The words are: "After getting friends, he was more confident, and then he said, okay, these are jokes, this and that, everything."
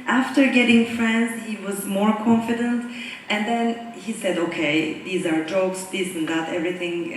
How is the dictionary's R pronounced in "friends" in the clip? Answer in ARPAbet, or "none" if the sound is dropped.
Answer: R